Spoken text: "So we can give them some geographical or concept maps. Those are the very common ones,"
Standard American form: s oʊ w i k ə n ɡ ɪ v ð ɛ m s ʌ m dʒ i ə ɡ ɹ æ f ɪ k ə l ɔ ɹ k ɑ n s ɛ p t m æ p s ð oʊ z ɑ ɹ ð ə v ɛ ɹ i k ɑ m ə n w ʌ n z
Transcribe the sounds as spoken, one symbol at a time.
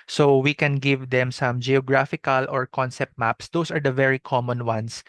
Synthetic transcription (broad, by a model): s oʊ w i k ə n ɡ ɪ v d ɛ m s ʌ m dʒ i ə ɡ ɹ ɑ f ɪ k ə l ɔ ɹ k ɑ n s ɛ p t m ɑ p s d oʊ s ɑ ɹ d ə v ɛ ɹ i k ɑ m ə n w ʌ n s